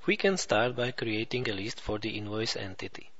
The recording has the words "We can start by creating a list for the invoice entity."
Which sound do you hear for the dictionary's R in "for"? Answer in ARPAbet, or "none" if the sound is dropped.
R